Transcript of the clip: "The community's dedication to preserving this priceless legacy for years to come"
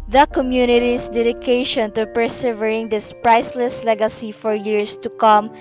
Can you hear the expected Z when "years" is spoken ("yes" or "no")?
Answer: no